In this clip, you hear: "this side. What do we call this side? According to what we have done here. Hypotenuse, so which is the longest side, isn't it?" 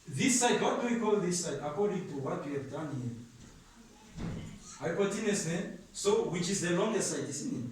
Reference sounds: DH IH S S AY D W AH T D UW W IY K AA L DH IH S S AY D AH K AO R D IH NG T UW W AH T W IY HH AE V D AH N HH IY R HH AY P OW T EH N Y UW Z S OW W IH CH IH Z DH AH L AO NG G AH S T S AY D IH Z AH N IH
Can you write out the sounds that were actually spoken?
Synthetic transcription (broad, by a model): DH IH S S AY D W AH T D UW W IY K AA L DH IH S S AY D AH K AO R D IH NG T UW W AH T W IY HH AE V D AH N HH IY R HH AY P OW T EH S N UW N S OW W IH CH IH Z DH AH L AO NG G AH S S AY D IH S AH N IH